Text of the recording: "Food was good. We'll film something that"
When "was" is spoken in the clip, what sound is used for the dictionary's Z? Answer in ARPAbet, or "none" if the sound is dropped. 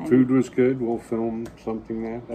Z